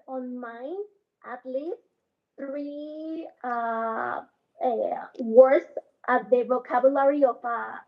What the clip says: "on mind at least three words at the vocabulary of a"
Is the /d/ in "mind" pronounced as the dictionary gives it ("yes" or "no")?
no